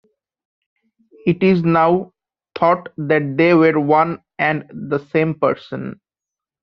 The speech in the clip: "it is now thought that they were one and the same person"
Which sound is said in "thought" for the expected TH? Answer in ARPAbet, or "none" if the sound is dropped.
T